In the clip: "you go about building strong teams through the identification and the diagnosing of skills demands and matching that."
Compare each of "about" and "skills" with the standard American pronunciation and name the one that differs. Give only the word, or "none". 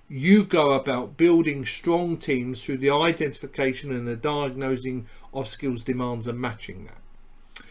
none